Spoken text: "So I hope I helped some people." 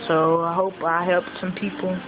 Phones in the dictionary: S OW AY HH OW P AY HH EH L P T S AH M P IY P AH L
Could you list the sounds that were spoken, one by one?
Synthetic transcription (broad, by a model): S OW AY HH OW P AY HH EH L P T S AH M P IY P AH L